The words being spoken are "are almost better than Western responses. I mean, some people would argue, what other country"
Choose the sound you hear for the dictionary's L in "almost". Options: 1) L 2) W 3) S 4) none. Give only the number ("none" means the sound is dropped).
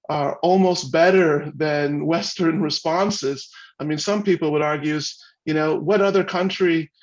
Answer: 1